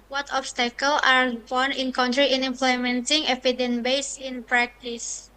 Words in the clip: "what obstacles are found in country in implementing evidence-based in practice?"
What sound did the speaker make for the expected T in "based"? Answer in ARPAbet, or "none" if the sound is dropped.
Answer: none